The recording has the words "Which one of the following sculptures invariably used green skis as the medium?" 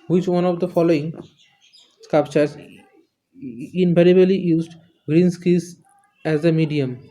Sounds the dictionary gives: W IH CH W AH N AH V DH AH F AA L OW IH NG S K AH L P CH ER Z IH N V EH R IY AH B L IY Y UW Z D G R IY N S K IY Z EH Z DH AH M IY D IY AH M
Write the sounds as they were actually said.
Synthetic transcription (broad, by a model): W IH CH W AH N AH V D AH F AA L OW IH NG S K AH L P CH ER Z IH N P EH R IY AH L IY Y UW Z D G R IY N S K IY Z EH Z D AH M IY D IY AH M